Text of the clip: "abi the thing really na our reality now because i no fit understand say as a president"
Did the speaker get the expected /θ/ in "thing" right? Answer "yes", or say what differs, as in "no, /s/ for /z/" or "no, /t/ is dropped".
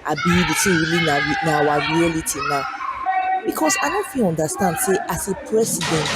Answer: no, /s/ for /θ/